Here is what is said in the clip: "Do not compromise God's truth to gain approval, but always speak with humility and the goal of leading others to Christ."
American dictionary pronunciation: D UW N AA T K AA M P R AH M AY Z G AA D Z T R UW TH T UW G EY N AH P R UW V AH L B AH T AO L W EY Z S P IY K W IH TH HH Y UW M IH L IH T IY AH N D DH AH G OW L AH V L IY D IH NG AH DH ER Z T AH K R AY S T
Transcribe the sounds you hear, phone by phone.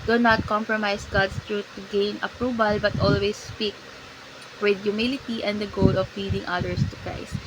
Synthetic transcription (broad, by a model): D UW N AA T K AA M P R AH M AY S G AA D S T R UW T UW G EY N AH P R UW V AH L B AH T AO L W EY S P IY K W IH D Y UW M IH L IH T IY AH N D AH G OW L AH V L IY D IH NG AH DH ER S T AH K R AY S T